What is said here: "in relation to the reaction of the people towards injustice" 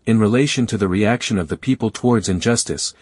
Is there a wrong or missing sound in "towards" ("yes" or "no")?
no